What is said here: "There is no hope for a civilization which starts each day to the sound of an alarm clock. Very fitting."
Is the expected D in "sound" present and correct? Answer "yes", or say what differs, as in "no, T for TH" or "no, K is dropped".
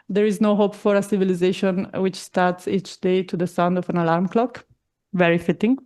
yes